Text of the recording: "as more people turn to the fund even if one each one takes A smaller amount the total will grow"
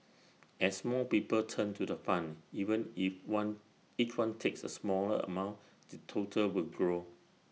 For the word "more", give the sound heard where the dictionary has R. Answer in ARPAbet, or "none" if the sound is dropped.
L